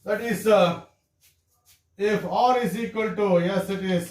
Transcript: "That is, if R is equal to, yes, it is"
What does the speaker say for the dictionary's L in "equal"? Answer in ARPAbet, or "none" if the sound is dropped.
L